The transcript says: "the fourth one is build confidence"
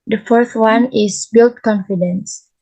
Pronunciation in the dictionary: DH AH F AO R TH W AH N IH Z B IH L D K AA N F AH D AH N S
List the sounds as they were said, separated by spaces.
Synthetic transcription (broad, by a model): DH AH F AO R TH W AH N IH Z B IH L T K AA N F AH D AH N S